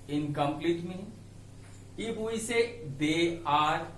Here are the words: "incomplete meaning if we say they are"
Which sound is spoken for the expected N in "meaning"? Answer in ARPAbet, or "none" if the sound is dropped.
none